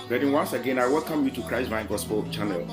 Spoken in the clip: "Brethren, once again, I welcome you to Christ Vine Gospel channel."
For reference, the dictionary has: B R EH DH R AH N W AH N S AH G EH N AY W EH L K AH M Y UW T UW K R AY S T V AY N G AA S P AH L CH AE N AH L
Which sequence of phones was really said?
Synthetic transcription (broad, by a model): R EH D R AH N W AH N S AH G EH N AY W EH L K AH M Y UW T UW K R AY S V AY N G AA S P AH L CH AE N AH L